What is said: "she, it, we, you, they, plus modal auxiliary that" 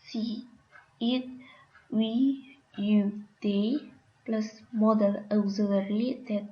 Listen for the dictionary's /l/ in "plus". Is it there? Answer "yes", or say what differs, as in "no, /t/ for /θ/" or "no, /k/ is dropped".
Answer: yes